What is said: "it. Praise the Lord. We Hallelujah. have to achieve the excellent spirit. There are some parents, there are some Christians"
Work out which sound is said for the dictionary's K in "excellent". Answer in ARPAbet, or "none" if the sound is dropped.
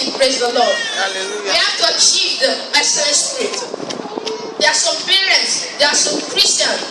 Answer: none